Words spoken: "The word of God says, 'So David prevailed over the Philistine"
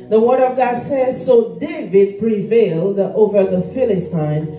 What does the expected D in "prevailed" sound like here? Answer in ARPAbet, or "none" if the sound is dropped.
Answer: D